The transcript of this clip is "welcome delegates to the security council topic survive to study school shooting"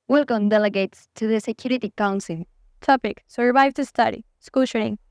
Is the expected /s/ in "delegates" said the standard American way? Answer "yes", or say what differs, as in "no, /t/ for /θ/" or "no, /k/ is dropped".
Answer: yes